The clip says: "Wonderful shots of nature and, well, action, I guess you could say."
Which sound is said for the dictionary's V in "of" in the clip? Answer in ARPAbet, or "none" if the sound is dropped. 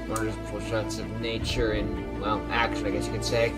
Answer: V